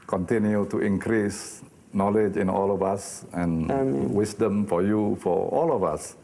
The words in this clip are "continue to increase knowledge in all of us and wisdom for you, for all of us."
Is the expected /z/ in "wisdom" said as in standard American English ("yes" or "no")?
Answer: no